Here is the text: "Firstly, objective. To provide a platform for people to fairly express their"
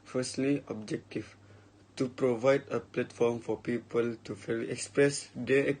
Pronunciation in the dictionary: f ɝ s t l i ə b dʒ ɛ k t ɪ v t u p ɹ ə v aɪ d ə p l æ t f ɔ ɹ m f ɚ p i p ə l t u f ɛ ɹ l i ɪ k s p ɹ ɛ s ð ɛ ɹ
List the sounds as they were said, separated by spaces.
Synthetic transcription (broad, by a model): f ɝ s t l i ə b dʒ ɛ k t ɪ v t u p ɹ ə v aɪ d ə p l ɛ t f ɔ m f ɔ p i p ə l t u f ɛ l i ɪ k s p ɹ ɛ s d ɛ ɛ